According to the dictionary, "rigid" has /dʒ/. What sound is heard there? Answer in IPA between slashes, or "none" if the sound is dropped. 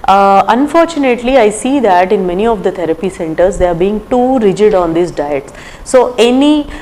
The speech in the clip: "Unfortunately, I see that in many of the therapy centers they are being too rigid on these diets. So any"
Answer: /dʒ/